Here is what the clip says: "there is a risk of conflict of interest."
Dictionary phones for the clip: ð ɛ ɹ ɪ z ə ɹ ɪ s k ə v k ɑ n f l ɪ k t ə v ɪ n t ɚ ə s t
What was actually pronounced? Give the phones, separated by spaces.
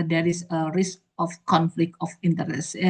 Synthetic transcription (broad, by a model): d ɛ ɹ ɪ s ə ɹ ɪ s k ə f k ɑ n f l ɪ k t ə f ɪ n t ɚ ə s